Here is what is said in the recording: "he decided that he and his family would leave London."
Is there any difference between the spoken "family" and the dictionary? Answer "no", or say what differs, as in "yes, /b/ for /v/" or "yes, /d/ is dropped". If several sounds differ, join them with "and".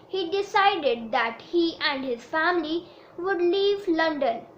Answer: no